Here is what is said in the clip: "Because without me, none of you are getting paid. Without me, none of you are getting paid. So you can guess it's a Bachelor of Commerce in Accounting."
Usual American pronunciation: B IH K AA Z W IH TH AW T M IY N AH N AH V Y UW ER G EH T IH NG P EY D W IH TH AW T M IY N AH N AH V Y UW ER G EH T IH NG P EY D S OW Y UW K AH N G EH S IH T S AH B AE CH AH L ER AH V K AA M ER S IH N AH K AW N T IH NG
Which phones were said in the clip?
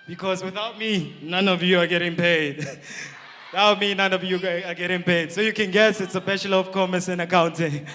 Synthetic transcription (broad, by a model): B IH K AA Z W IH TH AW T M IY N AH N AH V Y UW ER G EH T IH NG P EY D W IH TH AW T M IY N AH N AH V Y UW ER G EH T IH NG P EY D S OW Y UW K AH N G EH S IH T S AH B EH SH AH L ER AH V K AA M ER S IH N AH K AW N T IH NG